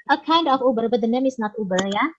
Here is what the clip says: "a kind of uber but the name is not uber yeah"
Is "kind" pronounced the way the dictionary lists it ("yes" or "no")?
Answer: yes